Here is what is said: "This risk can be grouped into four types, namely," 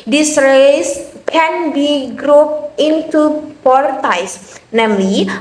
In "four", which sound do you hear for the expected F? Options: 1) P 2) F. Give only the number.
1